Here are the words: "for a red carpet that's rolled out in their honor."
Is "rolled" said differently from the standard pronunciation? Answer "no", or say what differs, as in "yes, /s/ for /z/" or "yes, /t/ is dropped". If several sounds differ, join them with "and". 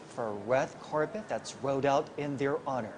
yes, /l/ is dropped